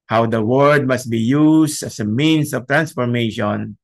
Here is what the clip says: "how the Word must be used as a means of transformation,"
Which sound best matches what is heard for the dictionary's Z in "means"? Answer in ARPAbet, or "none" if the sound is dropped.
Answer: S